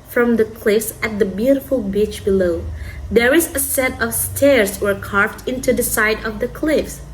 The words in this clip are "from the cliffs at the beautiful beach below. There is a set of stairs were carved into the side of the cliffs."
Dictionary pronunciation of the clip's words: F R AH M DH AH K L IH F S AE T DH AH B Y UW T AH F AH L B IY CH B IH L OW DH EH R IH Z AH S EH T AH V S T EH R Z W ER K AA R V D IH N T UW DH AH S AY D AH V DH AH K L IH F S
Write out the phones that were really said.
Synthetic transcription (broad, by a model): F R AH M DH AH K L IH F S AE T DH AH B Y UW T AH F AH L B IY CH B IH L OW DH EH R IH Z AH S EH T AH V S T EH R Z W ER K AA R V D IH N T UW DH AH S AY D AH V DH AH K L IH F S